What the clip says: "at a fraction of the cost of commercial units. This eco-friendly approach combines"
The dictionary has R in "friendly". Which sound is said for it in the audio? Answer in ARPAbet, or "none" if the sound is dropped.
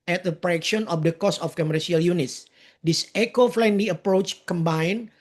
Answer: L